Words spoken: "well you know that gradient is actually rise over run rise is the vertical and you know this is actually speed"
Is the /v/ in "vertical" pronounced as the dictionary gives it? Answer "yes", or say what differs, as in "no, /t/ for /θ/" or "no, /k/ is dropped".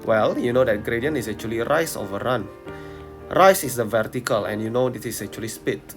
yes